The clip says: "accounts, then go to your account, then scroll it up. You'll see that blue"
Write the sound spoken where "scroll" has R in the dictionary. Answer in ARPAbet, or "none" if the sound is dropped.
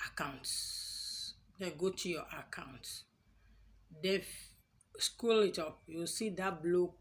none